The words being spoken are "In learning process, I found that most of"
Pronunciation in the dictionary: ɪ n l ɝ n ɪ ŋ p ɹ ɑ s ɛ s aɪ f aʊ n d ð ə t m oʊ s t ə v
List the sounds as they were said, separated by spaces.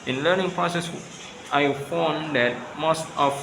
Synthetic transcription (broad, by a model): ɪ n l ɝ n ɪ ŋ p ɹ ɑ s ɛ s aɪ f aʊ n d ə t m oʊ s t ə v